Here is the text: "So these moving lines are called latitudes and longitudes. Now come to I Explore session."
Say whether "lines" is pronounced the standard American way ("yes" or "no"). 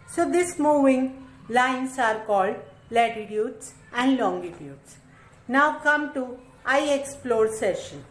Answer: no